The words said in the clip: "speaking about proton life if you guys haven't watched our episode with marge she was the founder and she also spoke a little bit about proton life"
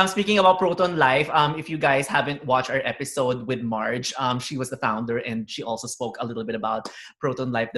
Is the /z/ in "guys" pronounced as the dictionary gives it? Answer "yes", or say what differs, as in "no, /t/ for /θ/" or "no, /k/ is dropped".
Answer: no, /s/ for /z/